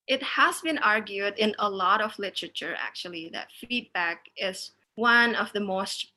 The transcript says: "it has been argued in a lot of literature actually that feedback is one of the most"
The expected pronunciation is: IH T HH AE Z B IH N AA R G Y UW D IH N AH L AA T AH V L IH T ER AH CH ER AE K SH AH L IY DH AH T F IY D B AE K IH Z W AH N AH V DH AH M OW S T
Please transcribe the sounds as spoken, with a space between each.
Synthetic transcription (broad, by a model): IH T HH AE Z B IH N AA R G Y UW D IH N AH L AA T AH V L IH T ER AH CH ER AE K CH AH L IY DH AH T F IY D B AE K IH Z W AH N AH V DH AH M OW S T